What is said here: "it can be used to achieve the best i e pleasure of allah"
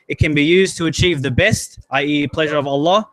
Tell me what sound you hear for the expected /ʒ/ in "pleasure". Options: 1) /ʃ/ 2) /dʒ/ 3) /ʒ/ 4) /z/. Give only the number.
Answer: 3